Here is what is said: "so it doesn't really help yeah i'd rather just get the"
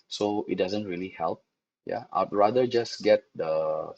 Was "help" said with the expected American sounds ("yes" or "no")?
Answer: yes